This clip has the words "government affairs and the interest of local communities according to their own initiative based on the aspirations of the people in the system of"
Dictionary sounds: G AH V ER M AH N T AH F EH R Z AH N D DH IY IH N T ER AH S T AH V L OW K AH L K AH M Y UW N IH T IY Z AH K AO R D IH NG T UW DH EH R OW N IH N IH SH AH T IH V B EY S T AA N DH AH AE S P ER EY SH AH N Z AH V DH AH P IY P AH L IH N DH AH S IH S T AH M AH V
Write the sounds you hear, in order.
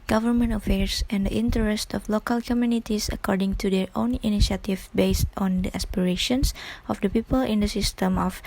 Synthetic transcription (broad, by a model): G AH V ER M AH N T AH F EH R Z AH N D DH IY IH N T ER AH S T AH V L OW K AH L K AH M Y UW N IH T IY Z AH K AO R D IH NG T UW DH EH R OW N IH N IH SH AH T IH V B EY S T AA N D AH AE S P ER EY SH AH N S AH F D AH P IY P AH L IH N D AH S IH S T AH M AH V